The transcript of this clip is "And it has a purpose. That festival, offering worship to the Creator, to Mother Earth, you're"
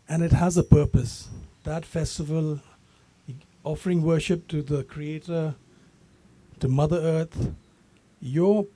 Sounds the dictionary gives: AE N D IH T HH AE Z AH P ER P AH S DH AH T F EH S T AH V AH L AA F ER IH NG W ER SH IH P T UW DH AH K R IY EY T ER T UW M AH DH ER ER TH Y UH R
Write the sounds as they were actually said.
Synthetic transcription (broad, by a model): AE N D IH T HH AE Z AH P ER P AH S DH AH T F EH S T AH V AH L AA F ER IH NG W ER SH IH P T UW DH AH K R IY EY T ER T UW M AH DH ER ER T Y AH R